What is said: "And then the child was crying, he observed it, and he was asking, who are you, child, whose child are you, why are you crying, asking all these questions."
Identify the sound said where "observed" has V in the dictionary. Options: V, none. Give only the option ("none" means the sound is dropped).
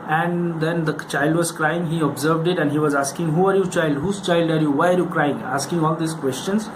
V